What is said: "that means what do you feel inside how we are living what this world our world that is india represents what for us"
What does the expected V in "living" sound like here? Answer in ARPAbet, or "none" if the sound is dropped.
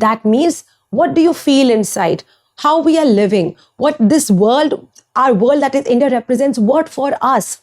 V